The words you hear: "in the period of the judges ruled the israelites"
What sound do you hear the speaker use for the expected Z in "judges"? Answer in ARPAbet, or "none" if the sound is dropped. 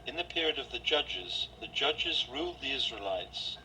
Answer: Z